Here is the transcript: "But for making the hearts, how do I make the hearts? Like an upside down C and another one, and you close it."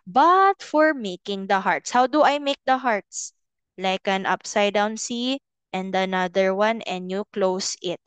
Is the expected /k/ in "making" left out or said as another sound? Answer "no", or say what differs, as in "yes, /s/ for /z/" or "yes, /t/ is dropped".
no